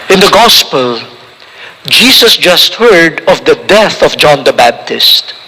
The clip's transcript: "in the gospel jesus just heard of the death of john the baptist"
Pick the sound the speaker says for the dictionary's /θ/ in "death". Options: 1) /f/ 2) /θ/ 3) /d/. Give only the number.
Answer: 2